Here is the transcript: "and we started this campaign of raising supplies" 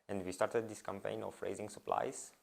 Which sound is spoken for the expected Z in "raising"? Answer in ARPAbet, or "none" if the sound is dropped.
Z